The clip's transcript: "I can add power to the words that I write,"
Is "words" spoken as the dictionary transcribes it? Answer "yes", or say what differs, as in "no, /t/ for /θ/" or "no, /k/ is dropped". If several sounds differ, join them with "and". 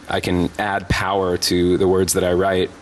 yes